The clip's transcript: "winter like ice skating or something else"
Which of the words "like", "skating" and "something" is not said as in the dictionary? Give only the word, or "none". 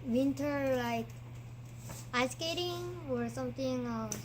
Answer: something